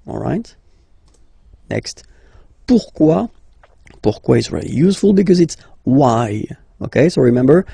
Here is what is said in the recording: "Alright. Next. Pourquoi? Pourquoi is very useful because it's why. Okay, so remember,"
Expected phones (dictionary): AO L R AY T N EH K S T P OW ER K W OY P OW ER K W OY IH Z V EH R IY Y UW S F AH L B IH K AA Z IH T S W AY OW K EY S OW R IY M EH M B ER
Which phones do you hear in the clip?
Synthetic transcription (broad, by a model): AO L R AY T N EH K S T P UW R K W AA P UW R K W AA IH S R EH L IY Y UW S F AH L B IH K AA Z IH T S W AY OW K EY S OW R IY M EH M B ER